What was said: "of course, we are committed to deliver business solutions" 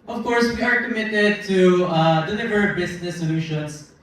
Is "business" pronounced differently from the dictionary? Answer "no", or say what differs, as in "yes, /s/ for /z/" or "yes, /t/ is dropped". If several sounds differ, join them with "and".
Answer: yes, /s/ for /z/